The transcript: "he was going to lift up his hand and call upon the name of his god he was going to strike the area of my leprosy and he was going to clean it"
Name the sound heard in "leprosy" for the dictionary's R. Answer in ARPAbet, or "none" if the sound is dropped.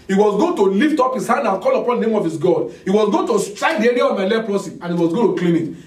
L